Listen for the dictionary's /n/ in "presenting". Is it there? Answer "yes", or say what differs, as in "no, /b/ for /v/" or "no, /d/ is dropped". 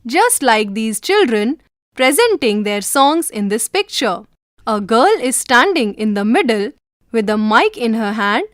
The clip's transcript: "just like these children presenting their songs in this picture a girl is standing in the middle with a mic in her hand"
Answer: yes